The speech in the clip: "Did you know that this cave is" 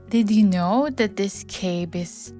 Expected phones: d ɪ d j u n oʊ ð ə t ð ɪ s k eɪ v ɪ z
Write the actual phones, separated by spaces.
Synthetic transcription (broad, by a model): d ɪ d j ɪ n oʊ ð ə t ð ɪ s k eɪ b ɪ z